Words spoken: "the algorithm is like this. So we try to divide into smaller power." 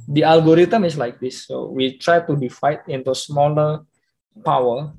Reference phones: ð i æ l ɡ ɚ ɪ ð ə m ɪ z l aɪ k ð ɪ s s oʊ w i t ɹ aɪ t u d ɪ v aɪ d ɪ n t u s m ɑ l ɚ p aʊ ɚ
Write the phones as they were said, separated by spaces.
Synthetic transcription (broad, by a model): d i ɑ l ɡ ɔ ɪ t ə m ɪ s l aɪ k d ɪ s s oʊ w i t ɹ aɪ t u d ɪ f aɪ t ɪ n t u s m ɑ l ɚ p aʊ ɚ